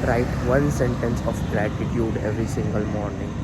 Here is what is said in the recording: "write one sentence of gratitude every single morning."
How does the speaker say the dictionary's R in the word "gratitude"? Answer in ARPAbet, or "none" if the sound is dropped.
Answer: L